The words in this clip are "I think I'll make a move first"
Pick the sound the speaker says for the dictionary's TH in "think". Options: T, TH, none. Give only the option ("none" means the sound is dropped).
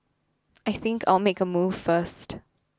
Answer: TH